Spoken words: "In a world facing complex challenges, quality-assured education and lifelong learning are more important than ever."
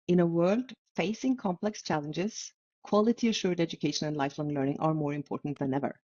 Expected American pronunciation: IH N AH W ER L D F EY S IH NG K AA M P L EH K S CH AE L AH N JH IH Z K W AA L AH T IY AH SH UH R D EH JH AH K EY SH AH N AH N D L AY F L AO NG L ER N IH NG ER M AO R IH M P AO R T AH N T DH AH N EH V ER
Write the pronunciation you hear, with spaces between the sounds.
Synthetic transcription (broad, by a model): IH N AH W ER L D F EY S IH NG K AA M P L EH K S CH AE L AH N JH IH Z K W AA L AH T IY AH SH UH R D EH JH AH K EY SH AH N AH N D L AY F L AO NG L ER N IH NG ER M AO R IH M P AO R T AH N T DH AH N EH V ER